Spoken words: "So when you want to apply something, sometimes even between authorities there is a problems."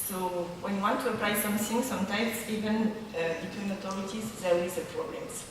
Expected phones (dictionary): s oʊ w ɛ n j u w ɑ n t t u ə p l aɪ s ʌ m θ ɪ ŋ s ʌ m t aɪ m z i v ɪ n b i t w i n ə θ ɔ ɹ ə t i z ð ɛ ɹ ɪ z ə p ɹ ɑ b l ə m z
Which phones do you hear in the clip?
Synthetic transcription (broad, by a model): s oʊ w ɛ n j u w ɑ n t t u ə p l aɪ s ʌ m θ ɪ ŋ s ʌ m t aɪ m s i v ɪ n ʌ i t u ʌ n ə t ɔ ɹ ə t i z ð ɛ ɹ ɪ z ə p ɹ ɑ b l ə m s